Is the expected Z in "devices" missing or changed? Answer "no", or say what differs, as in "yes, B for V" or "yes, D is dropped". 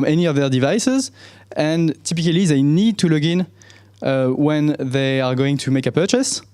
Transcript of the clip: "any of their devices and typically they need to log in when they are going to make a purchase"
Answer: no